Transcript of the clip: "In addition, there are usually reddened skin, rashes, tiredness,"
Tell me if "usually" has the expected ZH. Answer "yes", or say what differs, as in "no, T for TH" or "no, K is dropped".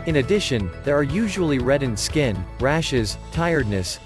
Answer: yes